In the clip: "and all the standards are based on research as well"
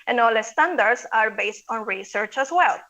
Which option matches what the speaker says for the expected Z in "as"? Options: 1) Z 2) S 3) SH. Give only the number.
2